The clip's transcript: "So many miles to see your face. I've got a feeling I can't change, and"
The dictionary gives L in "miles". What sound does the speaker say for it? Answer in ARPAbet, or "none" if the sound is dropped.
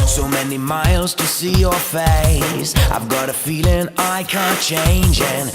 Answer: L